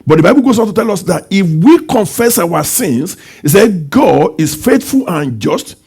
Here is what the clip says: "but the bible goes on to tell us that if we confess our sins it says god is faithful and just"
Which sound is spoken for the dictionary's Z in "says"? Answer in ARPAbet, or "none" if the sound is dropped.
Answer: none